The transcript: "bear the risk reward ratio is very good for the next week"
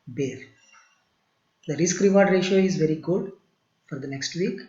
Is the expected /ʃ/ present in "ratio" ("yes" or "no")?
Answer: yes